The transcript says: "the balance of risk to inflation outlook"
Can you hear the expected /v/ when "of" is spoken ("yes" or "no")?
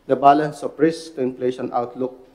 no